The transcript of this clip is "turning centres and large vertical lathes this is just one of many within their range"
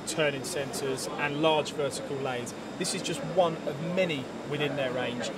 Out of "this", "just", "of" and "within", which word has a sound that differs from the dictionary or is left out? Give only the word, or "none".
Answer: none